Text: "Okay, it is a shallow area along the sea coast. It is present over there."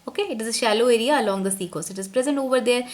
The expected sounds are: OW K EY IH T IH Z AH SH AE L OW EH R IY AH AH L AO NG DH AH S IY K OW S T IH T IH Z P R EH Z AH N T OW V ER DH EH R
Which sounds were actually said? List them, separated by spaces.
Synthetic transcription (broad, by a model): OW K EY IH T IH Z AH SH AE L OW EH R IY AH L AO NG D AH S IY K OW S IH T IH Z P R EH Z AH N T OW V ER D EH R